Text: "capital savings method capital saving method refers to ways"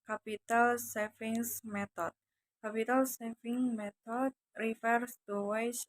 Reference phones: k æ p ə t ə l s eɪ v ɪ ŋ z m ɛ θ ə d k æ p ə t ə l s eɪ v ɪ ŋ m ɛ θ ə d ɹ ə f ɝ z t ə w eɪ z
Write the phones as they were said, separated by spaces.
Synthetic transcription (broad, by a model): k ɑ p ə t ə l s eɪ f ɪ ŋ s m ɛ t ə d k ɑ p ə t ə l s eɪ f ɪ ŋ m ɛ t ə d ɹ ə f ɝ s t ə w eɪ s